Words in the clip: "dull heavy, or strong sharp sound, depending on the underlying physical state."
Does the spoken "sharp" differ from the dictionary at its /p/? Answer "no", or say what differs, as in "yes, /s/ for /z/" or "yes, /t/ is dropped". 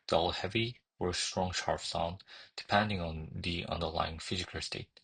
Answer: yes, /f/ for /p/